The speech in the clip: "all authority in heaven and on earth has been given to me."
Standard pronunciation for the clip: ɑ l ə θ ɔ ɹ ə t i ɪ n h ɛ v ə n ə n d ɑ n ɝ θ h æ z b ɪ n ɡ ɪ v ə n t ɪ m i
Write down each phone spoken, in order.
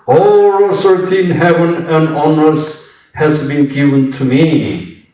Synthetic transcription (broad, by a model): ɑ l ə s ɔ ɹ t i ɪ n h ɛ v ə n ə n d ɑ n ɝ s h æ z b ɪ n ɡ ɪ v ə n t ɪ m i